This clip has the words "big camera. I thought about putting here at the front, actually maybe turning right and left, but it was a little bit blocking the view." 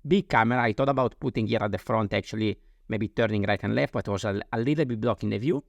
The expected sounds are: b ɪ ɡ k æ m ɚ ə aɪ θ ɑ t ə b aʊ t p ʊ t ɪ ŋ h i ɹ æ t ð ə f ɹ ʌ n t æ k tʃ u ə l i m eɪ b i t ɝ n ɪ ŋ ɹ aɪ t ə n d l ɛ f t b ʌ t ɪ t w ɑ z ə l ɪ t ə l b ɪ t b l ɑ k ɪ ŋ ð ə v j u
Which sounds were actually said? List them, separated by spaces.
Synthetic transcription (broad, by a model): b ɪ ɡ k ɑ m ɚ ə aɪ t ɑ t ə b aʊ t p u t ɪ ŋ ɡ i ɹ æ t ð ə f ɹ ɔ n t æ k tʃ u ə l i m eɪ b i t ɝ n ɪ ŋ ɹ aɪ t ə n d l ɛ f t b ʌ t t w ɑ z ə l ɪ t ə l b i t b l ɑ k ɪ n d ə v j u